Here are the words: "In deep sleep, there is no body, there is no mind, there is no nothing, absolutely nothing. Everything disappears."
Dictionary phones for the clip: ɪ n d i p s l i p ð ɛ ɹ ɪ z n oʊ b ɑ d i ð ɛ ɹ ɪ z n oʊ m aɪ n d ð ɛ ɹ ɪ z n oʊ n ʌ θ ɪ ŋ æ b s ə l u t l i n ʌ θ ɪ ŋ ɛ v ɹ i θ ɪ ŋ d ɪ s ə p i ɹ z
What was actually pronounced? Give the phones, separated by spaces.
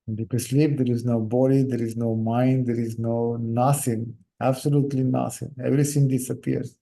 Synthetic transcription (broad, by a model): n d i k s l i p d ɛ ɹ ɪ z n oʊ b ɑ d i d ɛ ɹ ɪ z n oʊ m aɪ n d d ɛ ɹ ɪ z n oʊ n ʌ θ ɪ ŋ æ b s ə l u t l i n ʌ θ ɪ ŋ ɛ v ɹ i s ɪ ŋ d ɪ s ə p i ɹ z